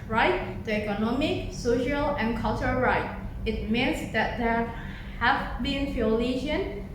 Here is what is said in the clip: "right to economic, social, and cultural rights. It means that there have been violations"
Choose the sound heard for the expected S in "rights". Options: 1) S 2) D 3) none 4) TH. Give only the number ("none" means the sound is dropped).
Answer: 3